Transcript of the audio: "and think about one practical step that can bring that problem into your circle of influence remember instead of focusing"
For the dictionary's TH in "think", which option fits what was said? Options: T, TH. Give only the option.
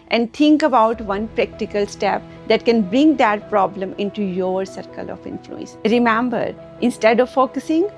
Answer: T